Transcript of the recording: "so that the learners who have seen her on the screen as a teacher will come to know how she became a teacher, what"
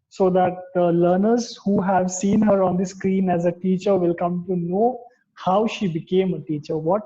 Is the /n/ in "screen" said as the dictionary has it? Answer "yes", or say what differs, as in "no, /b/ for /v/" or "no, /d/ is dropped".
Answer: yes